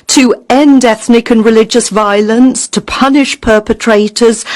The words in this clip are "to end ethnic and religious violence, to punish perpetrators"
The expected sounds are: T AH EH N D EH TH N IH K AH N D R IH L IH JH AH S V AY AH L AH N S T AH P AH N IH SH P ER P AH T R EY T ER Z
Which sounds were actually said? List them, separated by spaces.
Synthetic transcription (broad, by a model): T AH EH N D EH TH N IH K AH N R IH L IH JH AH S V AY AH L AH N S T AH P AH N IH SH P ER P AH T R EY T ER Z